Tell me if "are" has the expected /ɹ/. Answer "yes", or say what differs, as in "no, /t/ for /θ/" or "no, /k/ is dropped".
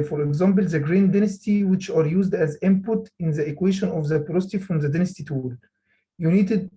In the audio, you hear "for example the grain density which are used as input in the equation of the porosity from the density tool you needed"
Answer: yes